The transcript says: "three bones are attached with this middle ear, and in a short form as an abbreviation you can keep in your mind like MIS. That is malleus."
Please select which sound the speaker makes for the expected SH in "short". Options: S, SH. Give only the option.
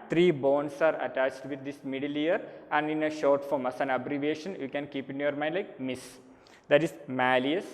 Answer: SH